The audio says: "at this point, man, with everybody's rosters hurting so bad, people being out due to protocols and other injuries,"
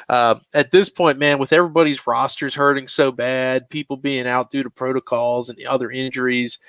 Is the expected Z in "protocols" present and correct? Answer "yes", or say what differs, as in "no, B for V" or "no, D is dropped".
yes